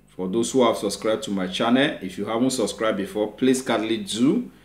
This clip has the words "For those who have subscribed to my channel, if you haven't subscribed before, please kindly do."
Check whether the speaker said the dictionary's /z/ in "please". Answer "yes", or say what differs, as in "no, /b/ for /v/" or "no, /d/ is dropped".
no, /s/ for /z/